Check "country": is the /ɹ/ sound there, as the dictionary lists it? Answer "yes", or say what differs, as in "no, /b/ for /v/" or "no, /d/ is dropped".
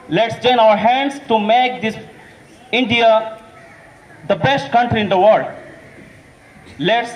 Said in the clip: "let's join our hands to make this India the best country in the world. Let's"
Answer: yes